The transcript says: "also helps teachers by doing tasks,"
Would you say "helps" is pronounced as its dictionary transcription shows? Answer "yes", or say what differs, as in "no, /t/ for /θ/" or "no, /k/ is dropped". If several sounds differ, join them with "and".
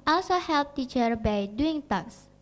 no, /s/ is dropped